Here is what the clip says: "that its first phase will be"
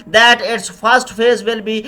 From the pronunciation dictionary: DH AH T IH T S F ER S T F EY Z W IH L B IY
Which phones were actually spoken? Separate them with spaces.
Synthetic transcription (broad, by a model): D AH T IH T S F ER S T F EY Z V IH L B IY